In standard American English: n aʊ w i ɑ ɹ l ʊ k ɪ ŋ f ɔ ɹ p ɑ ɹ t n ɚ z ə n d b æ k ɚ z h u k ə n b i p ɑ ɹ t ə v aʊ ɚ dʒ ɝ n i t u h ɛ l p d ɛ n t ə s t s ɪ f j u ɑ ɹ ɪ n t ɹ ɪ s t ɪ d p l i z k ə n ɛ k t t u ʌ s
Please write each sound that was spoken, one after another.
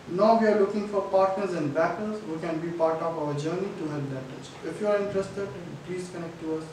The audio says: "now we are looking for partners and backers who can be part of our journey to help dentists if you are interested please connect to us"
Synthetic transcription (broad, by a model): n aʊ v i ɑ ɹ l ʊ k ɪ ŋ f ɔ ɹ p ɑ ɹ t n ɚ z ə n d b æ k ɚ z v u k ə n b i p ɑ ɹ t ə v aʊ ɚ dʒ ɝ n i t u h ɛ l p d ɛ t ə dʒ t ɪ f j u ɑ ɹ ɪ n t ɹ ɪ s t ɪ d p l i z k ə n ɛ k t t u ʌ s